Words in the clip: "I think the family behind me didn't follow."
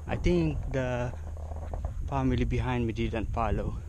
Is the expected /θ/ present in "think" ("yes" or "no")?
no